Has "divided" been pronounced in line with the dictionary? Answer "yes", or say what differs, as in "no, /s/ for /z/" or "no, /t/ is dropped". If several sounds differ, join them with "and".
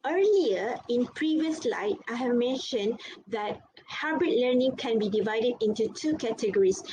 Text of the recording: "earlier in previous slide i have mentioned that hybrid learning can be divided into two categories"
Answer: yes